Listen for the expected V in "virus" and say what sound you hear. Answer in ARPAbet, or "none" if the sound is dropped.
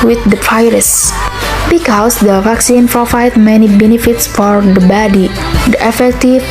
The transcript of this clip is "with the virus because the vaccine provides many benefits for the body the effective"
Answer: P